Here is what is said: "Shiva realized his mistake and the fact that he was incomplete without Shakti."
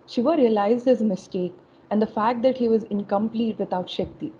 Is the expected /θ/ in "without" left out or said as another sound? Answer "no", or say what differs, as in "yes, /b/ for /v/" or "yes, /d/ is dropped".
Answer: yes, /t/ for /θ/